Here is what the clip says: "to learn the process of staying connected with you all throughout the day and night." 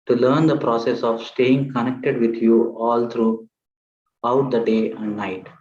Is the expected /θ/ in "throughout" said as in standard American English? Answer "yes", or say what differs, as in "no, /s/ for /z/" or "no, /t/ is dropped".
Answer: no, /t/ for /θ/